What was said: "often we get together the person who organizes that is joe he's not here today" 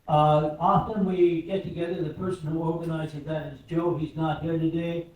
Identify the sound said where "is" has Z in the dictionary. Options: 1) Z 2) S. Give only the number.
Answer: 1